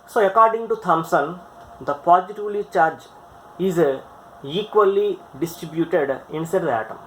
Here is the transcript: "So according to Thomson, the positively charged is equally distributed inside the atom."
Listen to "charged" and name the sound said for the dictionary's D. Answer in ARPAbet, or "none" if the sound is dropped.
none